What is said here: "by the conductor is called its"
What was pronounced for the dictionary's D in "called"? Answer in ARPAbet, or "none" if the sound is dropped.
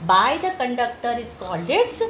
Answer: none